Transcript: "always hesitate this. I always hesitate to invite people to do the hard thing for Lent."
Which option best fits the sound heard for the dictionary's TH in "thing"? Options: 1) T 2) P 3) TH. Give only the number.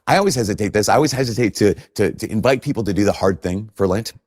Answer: 3